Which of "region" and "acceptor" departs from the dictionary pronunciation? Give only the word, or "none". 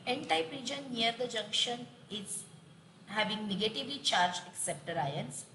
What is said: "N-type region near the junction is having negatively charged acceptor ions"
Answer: none